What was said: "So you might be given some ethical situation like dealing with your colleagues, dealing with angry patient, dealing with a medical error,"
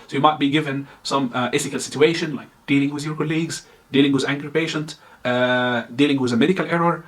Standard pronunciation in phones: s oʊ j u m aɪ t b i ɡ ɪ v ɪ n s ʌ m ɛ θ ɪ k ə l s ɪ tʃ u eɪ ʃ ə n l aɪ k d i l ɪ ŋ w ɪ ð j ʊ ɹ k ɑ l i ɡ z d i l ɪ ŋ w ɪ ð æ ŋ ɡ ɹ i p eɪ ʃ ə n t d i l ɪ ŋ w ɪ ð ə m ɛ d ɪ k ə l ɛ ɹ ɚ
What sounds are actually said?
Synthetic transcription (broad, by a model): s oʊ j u m aɪ t b i ɡ ɪ v ɪ n s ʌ m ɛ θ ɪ k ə l s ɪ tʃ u eɪ ʃ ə n l aɪ k d i l ɪ ŋ w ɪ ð j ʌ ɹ k ɑ l i ɡ z d i l ɪ ŋ w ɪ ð æ ŋ ɡ ɹ i p eɪ ʃ ə n t d i l ɪ ŋ w ɪ ð ə m ɛ d ɪ k ə l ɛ ɹ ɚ